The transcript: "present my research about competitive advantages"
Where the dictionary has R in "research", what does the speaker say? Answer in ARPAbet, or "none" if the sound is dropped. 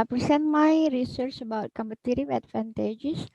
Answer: R